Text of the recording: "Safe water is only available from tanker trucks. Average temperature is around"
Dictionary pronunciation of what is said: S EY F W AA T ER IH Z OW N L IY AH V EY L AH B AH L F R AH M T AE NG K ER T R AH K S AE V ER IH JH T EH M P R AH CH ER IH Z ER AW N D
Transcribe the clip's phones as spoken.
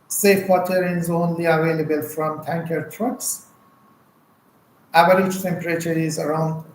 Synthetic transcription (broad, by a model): S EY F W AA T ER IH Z OW N L IY AH V EY L AH B AH L F R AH M T AE NG K ER T R AH K S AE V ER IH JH T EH M P R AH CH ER IH Z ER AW N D